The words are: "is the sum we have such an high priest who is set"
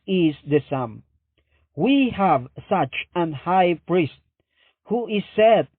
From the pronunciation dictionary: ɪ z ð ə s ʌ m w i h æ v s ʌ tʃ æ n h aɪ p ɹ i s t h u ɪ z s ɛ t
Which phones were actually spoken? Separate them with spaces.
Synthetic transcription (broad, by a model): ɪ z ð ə s ʌ m w i h æ v s ʌ tʃ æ n h aɪ p ɹ i s t h u ɪ z s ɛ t